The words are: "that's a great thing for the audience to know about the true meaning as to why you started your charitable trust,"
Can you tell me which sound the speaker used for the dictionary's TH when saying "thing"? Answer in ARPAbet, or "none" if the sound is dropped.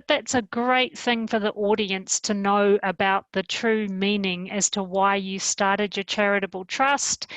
TH